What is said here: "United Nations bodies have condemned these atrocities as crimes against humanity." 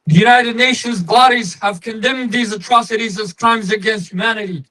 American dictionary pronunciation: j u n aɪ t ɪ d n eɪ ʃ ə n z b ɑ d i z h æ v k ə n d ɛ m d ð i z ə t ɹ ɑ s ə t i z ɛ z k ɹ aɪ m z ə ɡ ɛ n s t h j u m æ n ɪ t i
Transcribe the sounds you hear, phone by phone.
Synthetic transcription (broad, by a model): j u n aɪ t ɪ d n eɪ ʃ ə n z b ɑ d i z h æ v k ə n d ɛ m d ð i z ə t ɹ ɑ s ə t i z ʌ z k ɹ aɪ m z ə ɡ ɛ n s t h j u m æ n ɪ t i